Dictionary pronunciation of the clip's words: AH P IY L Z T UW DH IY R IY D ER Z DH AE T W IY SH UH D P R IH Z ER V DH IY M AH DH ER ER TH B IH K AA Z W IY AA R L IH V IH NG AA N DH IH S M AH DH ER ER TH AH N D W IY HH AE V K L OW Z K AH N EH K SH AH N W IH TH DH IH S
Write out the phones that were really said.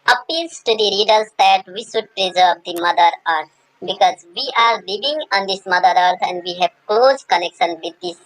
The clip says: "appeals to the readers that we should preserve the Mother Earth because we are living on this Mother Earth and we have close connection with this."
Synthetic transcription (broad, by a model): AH P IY L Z T UW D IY R IY D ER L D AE T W IY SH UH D P R IH Z ER V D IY M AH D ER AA T B IH K AA Z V IY AA R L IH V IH NG AA N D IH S M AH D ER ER T AH N D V IY HH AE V K L OW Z K AH N EH K SH AH N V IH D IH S